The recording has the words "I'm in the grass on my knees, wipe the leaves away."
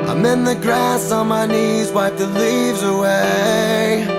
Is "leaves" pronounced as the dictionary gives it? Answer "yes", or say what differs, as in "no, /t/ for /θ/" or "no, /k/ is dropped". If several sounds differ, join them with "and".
yes